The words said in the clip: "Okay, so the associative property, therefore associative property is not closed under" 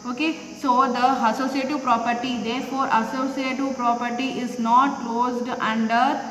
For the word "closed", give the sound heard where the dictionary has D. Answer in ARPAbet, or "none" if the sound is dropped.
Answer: D